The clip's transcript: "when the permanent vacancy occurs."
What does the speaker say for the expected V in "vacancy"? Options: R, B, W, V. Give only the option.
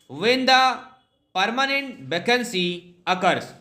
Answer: B